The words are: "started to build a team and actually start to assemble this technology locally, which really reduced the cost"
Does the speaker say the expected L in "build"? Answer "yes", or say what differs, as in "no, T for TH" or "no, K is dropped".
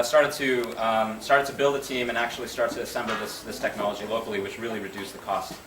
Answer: yes